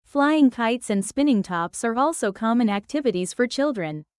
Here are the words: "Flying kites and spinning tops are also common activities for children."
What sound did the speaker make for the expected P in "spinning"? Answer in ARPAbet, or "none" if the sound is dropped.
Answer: P